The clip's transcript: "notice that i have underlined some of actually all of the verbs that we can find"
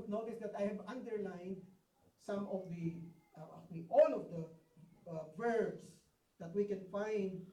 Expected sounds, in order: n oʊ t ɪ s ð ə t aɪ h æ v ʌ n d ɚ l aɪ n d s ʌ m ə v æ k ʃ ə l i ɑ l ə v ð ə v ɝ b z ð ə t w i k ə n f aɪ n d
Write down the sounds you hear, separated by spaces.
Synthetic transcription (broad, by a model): n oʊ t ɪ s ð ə t aɪ h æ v ʌ n d ɚ l aɪ n d s ʌ m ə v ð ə i ɑ l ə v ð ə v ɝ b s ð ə t w i k ə n f aɪ n d